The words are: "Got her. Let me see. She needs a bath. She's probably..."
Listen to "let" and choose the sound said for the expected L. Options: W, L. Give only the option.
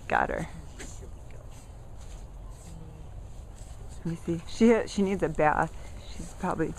W